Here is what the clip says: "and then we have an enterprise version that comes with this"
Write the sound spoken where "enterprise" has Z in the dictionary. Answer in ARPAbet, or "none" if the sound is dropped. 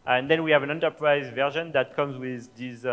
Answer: Z